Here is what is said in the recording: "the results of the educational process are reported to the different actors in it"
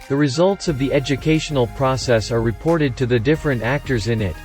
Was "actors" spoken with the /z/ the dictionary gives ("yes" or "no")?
yes